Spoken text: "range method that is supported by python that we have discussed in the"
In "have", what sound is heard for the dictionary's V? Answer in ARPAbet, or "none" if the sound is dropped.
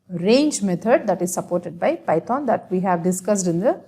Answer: V